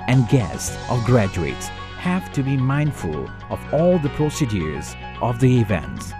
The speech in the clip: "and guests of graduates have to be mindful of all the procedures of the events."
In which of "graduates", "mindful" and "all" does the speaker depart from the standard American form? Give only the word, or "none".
none